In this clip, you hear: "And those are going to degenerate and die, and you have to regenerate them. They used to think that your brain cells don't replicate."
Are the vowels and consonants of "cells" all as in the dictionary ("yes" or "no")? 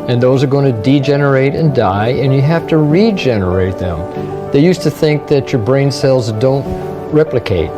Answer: yes